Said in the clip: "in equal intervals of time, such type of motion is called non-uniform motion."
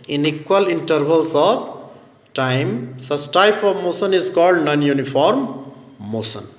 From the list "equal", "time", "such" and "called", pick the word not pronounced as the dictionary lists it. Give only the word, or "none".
such